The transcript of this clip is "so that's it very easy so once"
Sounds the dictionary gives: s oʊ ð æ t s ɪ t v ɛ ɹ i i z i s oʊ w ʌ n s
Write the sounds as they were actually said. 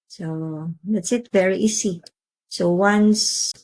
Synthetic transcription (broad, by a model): s oʊ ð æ t s ɪ t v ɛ ɹ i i s i s oʊ w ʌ n s